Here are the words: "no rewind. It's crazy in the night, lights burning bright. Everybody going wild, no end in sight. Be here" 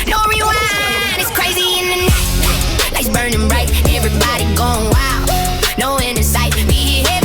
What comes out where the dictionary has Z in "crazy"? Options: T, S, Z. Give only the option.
Z